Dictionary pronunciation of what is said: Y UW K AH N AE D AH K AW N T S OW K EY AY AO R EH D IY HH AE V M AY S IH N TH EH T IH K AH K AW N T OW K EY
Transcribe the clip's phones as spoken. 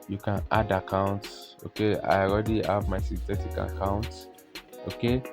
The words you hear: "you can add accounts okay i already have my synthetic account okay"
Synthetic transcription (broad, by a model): Y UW K AH N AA D AH K AW N T S OW K EY AY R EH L IY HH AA V M AY S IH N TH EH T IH K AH K AW N T OW K EY